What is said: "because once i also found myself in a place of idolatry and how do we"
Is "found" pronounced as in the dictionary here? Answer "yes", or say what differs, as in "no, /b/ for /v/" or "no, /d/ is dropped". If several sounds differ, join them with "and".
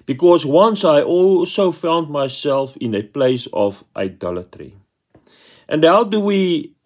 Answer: yes